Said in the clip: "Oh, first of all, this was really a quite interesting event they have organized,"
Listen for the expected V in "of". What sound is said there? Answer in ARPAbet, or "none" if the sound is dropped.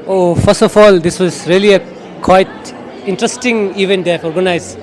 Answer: F